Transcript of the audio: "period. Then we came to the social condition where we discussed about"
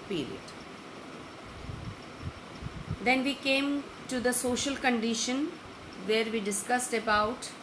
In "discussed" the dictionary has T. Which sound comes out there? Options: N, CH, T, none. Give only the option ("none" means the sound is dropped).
T